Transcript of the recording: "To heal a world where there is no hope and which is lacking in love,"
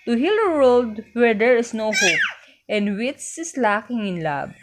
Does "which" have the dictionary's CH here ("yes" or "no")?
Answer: no